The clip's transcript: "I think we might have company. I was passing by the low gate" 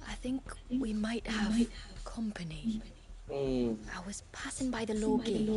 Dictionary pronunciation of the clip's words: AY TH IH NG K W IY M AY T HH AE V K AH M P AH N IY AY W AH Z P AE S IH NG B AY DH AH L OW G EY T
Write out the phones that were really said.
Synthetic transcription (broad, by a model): AY TH IH NG K W IY M AY T HH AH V K AH M P AH N IY AY W AH Z P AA S IH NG B AY DH AH L OW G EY